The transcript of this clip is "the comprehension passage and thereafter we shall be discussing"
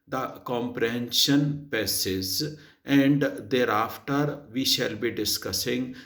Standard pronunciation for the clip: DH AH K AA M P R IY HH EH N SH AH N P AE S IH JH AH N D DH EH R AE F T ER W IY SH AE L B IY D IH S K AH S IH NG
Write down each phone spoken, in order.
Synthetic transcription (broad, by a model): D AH K AA M P R IY HH EH N SH AH N P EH S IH Z AH N D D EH R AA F T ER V IY SH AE L B IY D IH S K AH S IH NG